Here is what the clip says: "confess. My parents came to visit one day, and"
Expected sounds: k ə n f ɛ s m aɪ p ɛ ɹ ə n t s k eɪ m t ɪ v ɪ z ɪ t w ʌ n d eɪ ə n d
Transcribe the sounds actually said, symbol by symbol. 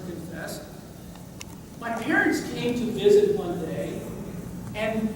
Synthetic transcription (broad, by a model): k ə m f ɛ s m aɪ p ɛ ɹ ə n t s k eɪ m t ɪ v ɪ z ɪ t w ʌ n d eɪ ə n